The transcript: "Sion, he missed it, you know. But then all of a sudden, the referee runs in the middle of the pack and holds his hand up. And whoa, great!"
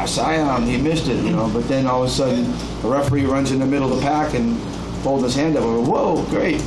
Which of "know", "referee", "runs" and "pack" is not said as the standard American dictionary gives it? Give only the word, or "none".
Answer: none